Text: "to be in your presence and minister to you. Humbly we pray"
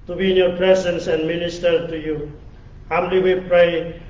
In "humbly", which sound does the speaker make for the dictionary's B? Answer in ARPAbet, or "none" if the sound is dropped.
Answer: none